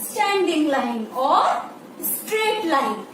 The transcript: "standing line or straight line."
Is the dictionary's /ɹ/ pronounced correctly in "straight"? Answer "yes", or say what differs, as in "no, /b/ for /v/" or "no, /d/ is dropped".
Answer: yes